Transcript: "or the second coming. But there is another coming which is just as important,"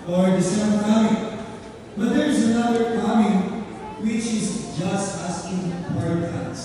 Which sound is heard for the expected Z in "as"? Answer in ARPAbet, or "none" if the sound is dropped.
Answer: S